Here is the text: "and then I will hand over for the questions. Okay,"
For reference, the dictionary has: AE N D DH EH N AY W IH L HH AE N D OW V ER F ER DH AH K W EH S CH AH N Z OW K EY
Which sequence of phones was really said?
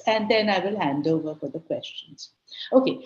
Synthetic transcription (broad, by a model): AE N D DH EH N AY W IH L HH AE N D OW V ER F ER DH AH K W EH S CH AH N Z OW K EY